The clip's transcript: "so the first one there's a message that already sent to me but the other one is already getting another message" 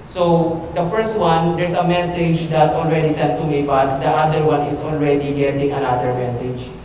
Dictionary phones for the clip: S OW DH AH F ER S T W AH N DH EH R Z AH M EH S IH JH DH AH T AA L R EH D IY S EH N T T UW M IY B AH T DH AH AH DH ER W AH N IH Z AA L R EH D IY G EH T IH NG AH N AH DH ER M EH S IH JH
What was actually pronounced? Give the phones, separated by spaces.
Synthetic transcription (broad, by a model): S OW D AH F ER S T W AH N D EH R S AH M EH S IH JH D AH T AA L R EH D IY S EH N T T UW M IY B AH T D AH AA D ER W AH N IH S AA L R EH D IY G EH T IH NG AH N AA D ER M EH S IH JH